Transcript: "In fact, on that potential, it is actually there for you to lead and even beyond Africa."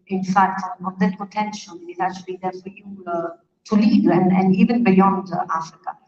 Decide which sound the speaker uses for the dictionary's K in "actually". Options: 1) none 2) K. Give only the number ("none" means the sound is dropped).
1